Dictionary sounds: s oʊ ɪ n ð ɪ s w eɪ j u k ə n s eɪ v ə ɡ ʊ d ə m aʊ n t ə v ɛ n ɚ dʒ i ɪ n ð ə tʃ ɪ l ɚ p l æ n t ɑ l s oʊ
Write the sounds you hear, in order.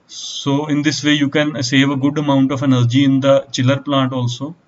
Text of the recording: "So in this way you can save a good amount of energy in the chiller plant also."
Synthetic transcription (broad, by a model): s oʊ ɪ n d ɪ s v eɪ j u k ə n s eɪ v ə ɡ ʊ d ə m aʊ n t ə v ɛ n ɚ dʒ i ɪ n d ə tʃ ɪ l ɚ p l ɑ n t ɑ l s oʊ